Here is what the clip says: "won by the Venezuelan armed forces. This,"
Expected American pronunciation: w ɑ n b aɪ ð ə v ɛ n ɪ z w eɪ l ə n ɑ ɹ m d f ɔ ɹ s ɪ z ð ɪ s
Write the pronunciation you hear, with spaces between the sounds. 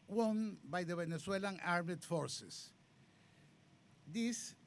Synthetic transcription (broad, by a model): w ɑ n b aɪ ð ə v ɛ n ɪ s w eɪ l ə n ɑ ɹ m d f ɔ ɹ s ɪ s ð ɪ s